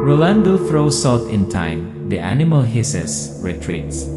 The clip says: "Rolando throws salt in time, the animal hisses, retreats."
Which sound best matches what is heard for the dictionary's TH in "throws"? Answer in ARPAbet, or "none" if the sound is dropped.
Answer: F